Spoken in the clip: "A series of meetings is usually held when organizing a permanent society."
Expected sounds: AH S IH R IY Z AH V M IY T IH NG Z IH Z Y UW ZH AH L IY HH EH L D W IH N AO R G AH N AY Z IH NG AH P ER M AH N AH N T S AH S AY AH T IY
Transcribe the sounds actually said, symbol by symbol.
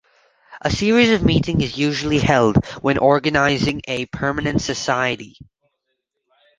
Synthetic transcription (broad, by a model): AH S IH R IY Z AH V M IY T IH NG IH Z Y UW ZH L IY HH EH L D W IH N AO R G AH N AY Z IH NG AH P ER M AH N AH N T S AH S AY AH T IY